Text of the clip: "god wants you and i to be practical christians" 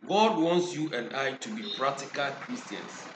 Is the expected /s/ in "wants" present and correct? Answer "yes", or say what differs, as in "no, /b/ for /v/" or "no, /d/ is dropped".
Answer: yes